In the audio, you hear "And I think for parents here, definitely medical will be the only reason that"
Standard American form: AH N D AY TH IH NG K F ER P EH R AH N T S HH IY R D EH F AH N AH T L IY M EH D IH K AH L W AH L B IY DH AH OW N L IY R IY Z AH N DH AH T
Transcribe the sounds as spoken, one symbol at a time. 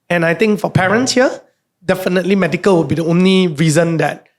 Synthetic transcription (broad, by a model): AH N AY T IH NG K F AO P EH R AH N T S HH IY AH D EH F AH N AH T L IY M EH D IH K AH L W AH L B IY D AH OW N L IY R IY Z AH N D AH T